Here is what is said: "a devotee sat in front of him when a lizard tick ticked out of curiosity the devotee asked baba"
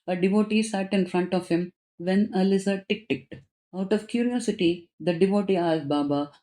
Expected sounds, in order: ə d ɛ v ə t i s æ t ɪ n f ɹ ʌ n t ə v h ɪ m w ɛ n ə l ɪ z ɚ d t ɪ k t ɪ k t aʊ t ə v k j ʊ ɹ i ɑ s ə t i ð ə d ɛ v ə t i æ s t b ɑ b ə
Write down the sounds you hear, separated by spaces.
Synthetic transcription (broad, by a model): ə d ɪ v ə t i s æ t ɪ n f ɹ ʌ n t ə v h ɪ m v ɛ n ə l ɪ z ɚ t ɪ k t ɪ k t aʊ t ə v k j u ɹ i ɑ s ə t i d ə d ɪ v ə t i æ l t b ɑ b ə